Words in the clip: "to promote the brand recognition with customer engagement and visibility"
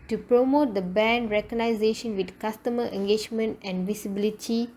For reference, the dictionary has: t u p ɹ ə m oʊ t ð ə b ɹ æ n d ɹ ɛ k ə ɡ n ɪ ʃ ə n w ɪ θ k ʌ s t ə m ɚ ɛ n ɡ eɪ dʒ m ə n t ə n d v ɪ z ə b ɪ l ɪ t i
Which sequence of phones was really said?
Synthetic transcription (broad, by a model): t u p ɹ ə m oʊ t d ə b ɛ n d ɹ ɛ k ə n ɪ ʃ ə n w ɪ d k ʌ s t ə m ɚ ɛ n ɡ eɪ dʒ m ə n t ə n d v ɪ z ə b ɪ l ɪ t i